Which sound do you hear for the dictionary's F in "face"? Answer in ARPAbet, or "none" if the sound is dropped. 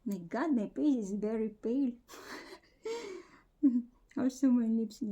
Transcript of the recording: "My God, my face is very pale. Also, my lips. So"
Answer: P